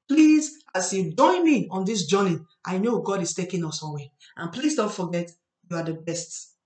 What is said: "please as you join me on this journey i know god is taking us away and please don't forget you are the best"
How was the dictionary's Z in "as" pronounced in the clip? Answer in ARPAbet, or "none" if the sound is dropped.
S